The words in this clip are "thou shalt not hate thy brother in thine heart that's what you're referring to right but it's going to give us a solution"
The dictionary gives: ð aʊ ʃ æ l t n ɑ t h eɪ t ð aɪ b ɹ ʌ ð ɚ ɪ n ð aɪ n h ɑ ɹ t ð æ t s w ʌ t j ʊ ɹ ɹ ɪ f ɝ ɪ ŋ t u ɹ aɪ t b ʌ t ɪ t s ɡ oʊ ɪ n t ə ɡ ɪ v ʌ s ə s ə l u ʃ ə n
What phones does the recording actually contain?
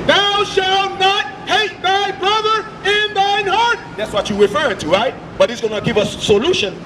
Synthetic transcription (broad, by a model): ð aʊ ʃ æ l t n ɑ t h eɪ t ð aɪ b ɹ ʌ ð ɚ ɪ n ð aɪ n h ɑ ɹ t ð æ t s w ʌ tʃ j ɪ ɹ ɹ ɪ f ɝ ɪ ŋ t u ɹ aɪ t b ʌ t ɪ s ɡ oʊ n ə ɡ ɪ v ʌ s s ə l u ʃ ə n